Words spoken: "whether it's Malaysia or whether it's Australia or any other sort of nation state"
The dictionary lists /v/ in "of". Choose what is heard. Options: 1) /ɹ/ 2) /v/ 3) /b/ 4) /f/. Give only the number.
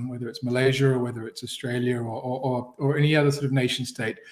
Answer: 2